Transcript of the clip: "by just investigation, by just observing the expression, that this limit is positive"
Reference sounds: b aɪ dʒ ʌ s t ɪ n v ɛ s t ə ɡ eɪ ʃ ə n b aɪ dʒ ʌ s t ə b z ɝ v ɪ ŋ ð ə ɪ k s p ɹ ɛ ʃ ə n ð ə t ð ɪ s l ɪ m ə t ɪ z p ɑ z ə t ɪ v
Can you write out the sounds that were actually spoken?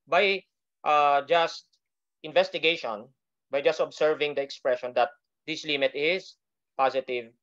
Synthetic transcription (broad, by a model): b aɪ dʒ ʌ s t ɪ n v ɛ s t ə ɡ eɪ ʃ ə n b aɪ dʒ ʌ s t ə b s ɝ v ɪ ŋ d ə ɪ k s p ɹ ɛ ʃ ə n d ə t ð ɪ s l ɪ m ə t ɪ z p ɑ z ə t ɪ v